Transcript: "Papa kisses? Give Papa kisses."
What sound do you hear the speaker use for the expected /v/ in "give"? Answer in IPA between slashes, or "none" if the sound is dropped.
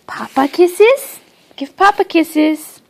/f/